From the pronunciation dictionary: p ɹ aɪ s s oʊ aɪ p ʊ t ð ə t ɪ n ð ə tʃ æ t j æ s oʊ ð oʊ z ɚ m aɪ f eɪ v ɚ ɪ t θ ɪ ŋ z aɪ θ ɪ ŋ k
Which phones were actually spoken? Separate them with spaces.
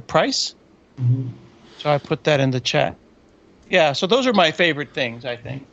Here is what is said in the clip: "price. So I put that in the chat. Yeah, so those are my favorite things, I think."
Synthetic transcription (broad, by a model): p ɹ aɪ s s oʊ aɪ p ʊ t ð ə t ɪ n ð ə tʃ æ t j æ s oʊ ð oʊ z ɚ m aɪ f eɪ v ɚ ɪ t θ ɪ ŋ z aɪ θ ɪ ŋ k